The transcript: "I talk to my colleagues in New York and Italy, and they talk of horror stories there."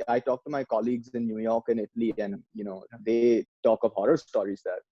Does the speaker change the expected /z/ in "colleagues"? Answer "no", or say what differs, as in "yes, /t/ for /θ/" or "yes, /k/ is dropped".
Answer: no